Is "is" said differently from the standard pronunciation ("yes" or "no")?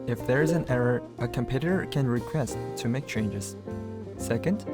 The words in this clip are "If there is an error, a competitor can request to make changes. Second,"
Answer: no